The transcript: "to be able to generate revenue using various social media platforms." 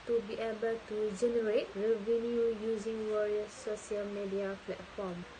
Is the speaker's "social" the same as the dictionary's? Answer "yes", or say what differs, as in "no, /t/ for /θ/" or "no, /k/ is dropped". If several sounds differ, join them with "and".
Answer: no, /ʃ/ is dropped